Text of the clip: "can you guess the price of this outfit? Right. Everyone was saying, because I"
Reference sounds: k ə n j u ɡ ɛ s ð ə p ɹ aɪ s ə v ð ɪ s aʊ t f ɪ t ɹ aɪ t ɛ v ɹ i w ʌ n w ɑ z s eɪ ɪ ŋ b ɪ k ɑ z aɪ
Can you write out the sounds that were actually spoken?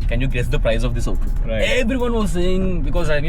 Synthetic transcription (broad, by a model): k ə n j u ɡ ɛ s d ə p ɹ aɪ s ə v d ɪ s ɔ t ɪ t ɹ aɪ ɛ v ɹ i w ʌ n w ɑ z s eɪ ɪ ŋ b ɪ k ɑ z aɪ